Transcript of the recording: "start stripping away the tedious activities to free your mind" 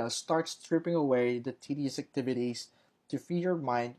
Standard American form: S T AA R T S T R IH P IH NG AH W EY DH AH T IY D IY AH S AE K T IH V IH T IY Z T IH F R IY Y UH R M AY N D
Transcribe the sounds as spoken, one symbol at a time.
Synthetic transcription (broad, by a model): S T AA R T S T R IH P IH NG AH W EY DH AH T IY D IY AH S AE K T IH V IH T IY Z T IH F IY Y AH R M AY N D